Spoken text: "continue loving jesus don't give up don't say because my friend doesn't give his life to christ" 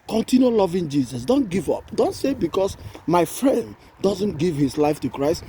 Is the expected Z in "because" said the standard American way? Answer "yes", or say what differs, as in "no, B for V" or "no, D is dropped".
no, S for Z